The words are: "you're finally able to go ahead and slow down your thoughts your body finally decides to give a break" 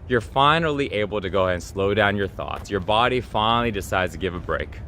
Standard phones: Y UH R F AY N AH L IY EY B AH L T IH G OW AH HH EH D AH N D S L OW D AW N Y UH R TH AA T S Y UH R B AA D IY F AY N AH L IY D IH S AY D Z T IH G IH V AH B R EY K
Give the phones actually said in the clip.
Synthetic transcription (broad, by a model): Y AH R F AY N L IY EY B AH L T IH G OW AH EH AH N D S L OW D AW N Y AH R TH AA T S Y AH R B AA D IY F AY N L IY D IH S AY D Z T IH G IH V AH B R EY K